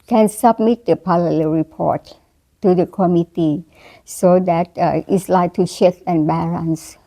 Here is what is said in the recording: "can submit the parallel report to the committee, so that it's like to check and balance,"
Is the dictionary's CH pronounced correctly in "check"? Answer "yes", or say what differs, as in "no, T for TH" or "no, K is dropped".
no, SH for CH